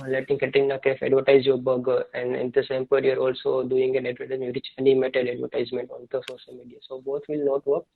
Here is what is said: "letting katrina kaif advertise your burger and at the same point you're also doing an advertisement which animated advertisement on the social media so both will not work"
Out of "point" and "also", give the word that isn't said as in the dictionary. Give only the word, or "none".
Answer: point